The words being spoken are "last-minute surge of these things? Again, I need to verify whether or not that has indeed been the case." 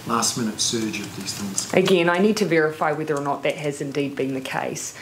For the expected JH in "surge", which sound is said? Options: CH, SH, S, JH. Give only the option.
JH